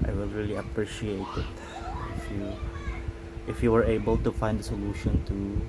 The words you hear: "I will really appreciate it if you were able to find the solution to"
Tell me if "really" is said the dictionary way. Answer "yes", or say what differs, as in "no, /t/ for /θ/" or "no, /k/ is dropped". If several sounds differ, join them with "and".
yes